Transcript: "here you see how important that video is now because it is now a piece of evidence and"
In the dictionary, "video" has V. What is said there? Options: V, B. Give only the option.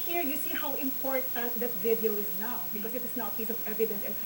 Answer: V